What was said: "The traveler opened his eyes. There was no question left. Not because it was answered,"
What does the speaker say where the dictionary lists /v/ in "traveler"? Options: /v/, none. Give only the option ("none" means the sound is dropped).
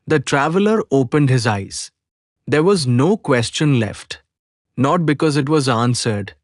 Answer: /v/